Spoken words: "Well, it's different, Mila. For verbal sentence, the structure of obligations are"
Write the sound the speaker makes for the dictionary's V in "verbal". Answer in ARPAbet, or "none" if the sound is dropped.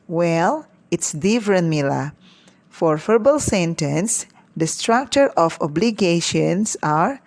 F